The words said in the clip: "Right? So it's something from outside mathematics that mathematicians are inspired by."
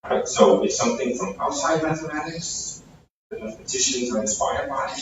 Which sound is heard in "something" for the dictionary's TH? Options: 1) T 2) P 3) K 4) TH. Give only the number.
4